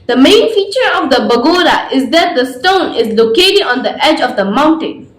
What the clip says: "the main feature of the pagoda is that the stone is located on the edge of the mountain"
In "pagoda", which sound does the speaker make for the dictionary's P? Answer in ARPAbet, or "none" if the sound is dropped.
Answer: B